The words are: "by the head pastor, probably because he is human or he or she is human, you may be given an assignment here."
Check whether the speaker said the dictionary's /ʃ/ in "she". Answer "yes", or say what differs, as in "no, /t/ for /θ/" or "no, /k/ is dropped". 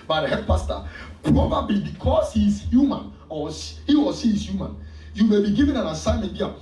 no, /s/ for /ʃ/